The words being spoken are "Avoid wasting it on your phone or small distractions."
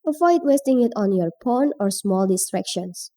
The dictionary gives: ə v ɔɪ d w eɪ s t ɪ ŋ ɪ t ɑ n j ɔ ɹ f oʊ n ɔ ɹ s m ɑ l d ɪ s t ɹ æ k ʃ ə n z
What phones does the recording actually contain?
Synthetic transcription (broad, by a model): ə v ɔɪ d w eɪ s t ɪ ŋ ɪ t ɑ n j ɔ ɹ p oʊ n ɔ ɹ s m ɑ l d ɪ s t ɹ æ k ʃ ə n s